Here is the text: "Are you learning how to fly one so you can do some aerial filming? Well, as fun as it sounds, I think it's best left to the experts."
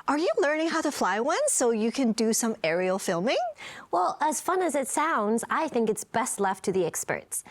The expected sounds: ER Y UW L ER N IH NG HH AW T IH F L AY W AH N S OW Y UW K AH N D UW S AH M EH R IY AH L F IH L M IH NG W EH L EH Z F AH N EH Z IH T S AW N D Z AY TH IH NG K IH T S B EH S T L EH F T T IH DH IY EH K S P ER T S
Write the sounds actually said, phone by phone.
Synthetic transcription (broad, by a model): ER Y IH L ER N IH NG HH AW T IH F L AY W AH N S OW Y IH K AH N D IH S AH M EH R IY L F IH L M IH NG W EH L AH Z F AH N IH Z IH T S AW N D Z AY TH IH NG K IH T S B EH S T L EH F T T IH DH IY EH K S P ER T S